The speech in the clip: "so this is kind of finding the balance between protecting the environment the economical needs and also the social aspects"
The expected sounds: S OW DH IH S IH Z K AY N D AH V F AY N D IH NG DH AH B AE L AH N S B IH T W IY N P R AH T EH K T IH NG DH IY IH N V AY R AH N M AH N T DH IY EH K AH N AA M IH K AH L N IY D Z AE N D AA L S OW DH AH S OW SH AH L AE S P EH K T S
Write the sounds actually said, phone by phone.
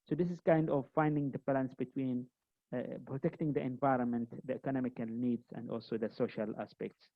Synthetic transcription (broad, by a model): S OW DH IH S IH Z K AY N D AH V F AY N D IH NG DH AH B AE L AH N S B IH T W IY N P R AH T EH K T IH NG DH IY IH N V AY R AH N M AH N T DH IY EH K AH N AA M IH K AH L N IY D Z AE N D AA L S OW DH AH S OW SH AH L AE S P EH K T S